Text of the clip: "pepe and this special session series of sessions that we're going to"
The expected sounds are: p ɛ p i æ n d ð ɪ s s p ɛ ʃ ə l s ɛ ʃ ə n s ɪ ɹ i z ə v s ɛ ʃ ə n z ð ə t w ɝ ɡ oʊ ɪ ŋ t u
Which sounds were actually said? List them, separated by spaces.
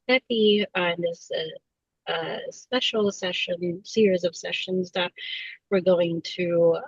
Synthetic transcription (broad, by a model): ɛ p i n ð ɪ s s p ɛ ʃ l s ɛ ʃ ə n s ɪ ɹ i z ə v s ɛ ʃ ə n z ð ə t w ɝ ɡ oʊ ɪ ŋ t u